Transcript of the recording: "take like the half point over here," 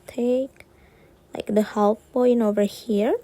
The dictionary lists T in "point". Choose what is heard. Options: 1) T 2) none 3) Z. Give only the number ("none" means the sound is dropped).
2